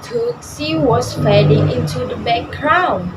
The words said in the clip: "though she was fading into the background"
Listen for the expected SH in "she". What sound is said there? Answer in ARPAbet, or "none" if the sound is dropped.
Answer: S